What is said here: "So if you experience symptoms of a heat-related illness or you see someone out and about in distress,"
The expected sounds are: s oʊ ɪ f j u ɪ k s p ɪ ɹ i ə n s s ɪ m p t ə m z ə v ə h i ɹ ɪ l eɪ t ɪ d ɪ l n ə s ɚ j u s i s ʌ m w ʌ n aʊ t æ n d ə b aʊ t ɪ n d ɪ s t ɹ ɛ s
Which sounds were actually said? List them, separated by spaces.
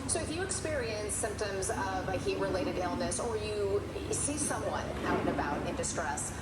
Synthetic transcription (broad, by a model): s oʊ ɪ f j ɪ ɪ k s p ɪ ɹ i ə n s s ɪ m p t ə m z ə v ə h i ɹ ɪ l eɪ t ɪ d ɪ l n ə s ɚ j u s i s ʌ m w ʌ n aʊ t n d ə b aʊ t ɪ n d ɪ s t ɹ ɛ s